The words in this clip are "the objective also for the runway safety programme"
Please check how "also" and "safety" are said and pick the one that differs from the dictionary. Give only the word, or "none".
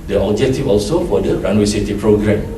safety